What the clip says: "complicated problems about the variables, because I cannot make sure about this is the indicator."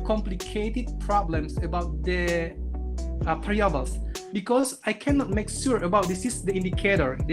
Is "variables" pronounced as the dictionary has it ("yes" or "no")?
no